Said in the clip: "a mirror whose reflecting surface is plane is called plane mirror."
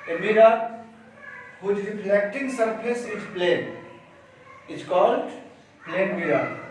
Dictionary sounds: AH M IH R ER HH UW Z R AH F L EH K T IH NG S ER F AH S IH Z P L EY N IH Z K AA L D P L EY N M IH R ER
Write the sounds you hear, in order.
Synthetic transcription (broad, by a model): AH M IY R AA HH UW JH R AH P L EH K T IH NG S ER P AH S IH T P L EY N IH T K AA L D P L EY N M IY R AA